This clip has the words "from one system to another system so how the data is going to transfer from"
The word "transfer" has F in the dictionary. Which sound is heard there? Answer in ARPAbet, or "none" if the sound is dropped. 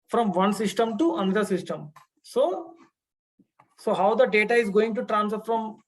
none